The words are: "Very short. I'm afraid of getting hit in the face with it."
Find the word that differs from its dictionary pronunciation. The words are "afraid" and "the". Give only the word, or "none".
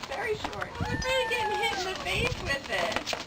afraid